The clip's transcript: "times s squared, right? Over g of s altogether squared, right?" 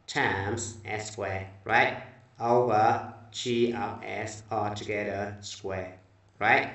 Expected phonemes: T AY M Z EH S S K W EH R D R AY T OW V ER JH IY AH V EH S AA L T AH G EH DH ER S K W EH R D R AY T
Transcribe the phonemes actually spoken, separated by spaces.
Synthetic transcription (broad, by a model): T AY M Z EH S S K W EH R R AY T OW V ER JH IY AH P EH S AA T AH G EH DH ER S K W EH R R AY T